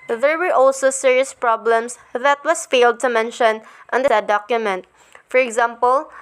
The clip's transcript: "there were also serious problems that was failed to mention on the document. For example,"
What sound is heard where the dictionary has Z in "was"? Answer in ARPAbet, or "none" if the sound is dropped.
S